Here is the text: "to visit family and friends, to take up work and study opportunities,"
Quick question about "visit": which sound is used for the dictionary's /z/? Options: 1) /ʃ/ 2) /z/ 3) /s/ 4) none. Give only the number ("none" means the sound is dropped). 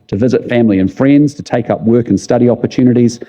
2